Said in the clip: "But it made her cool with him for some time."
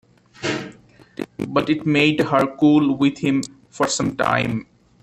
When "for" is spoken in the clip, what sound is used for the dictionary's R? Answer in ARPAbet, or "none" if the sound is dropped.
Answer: R